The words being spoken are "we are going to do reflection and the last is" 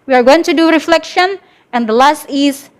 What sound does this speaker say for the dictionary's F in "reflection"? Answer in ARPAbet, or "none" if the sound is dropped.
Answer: F